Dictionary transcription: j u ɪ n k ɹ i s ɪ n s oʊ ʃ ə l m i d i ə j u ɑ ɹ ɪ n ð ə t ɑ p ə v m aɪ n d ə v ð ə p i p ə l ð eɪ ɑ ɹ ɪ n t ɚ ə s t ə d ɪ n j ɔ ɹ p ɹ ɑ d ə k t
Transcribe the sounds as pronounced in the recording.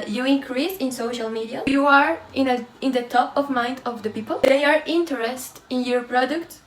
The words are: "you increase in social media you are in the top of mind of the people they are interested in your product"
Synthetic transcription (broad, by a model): j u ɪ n k ɹ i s ɪ n s oʊ ʃ ə l m i d i ə j u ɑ ɹ ɪ n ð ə t ɑ p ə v m aɪ n d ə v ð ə p i p ə l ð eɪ ɑ ɹ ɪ n t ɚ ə s t ɪ n j ɔ ɹ p ɹ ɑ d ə k t